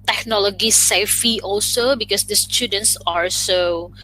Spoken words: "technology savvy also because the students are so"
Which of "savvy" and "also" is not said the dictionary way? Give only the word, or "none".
savvy